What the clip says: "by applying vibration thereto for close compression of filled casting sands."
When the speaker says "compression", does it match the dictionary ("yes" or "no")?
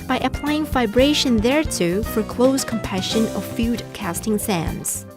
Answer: no